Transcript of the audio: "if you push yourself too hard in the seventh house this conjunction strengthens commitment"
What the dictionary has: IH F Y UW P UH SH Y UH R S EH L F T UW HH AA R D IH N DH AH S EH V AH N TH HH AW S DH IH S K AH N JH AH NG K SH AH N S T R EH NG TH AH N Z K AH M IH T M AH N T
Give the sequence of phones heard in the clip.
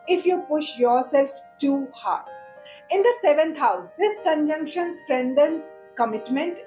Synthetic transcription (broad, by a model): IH F Y UW P UH SH Y UH R S EH L F T UW HH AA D IH N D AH S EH V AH N T HH AW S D IH S K AH N JH AH NG K SH AH N S T R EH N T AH N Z K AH M IH T M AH N T